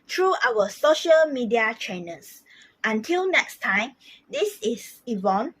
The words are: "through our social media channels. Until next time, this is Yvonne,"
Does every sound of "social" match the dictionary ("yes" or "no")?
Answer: yes